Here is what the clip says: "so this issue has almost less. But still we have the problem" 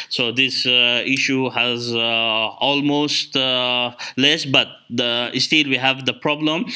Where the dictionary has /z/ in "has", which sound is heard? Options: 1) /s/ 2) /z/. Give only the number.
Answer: 2